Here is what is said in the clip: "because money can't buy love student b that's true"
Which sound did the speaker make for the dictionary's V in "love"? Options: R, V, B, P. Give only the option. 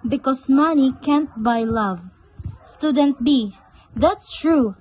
V